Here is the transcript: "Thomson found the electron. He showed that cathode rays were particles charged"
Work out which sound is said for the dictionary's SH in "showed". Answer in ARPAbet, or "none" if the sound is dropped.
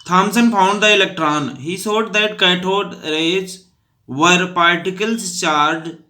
S